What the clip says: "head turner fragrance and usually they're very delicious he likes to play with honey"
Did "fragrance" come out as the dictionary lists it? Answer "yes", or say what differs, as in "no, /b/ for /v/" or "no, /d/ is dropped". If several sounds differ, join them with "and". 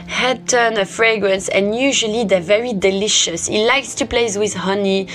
yes